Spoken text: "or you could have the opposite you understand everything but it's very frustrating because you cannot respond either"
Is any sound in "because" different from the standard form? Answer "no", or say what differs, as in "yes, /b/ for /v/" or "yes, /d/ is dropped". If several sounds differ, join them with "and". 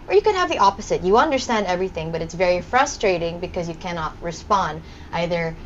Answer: no